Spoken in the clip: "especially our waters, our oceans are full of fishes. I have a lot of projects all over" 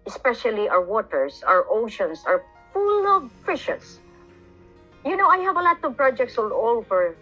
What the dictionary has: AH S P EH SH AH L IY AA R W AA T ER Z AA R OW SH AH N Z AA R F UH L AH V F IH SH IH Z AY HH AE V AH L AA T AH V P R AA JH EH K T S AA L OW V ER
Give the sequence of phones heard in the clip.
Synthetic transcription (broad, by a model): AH S P EH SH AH L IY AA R W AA T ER S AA R OW SH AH N S AA R F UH L AH V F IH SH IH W AY HH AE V AH L AA T AH V P R AA JH EH K T S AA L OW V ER